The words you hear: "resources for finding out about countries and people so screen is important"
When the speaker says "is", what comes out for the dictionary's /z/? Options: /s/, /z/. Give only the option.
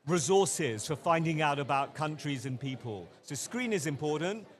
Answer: /z/